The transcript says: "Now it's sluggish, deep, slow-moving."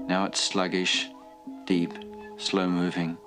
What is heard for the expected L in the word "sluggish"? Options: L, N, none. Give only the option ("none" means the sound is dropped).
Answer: L